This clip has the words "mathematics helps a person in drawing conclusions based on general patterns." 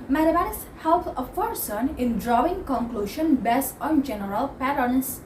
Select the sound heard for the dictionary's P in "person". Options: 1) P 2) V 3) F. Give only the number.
3